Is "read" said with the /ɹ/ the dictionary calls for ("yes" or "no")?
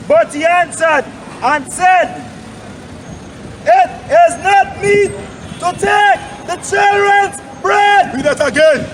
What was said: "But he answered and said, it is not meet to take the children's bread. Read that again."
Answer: no